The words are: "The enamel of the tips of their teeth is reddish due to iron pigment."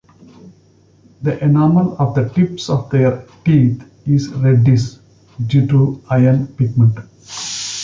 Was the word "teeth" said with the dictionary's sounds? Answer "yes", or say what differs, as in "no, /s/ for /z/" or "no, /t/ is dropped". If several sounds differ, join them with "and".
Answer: no, /t/ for /θ/